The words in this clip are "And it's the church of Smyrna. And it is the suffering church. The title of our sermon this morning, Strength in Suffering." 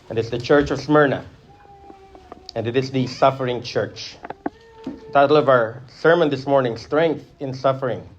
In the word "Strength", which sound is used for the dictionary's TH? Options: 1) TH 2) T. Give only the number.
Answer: 1